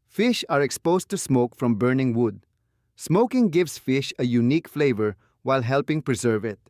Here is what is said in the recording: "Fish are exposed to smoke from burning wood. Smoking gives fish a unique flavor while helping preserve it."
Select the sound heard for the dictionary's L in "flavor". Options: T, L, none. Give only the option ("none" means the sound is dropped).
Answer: L